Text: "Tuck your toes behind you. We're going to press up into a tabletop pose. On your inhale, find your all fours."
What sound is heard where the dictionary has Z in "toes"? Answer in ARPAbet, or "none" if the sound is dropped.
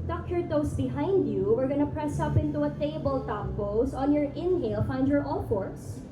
S